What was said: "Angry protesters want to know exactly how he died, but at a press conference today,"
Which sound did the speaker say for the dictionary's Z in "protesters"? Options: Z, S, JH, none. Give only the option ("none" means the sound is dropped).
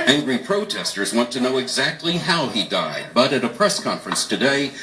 Z